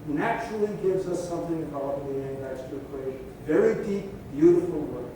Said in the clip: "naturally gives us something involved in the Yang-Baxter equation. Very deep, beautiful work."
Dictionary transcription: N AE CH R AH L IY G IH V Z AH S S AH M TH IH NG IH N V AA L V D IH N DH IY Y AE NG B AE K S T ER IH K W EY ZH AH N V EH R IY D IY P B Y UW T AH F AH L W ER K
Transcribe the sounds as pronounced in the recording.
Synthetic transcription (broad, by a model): N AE CH R L IY G IH V Z AH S S AH M TH IH NG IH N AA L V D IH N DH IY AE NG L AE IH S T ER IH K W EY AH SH V EH R IY D IY P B Y UW T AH F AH L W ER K